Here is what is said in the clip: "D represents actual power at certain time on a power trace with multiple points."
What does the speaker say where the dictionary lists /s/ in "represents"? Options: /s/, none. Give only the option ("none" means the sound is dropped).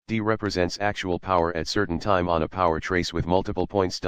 /s/